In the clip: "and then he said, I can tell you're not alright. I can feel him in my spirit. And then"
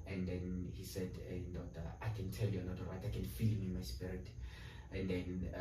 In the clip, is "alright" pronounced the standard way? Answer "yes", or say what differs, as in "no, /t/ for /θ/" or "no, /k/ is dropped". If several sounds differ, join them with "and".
no, /l/ is dropped